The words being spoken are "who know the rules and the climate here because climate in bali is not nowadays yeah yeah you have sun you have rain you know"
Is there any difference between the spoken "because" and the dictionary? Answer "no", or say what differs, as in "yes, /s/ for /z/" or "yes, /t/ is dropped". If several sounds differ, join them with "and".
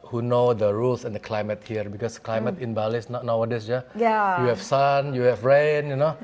yes, /s/ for /z/